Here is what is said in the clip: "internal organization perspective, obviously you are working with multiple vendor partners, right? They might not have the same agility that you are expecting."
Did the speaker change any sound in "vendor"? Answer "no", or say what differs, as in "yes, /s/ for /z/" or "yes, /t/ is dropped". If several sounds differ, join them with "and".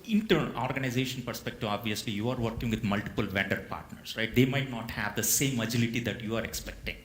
no